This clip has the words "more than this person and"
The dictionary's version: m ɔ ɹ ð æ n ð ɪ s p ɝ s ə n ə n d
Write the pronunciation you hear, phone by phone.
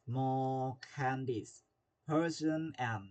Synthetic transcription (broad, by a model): m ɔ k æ n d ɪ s p ɝ s ə n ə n